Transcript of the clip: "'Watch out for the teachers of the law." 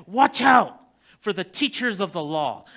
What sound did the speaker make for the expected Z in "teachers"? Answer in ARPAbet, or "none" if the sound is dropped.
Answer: Z